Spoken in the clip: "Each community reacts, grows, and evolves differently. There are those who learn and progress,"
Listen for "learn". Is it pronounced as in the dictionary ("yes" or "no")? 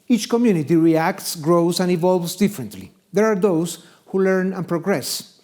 yes